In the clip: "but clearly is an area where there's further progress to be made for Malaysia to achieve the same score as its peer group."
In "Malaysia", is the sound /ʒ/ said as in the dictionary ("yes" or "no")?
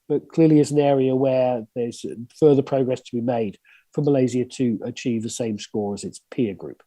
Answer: no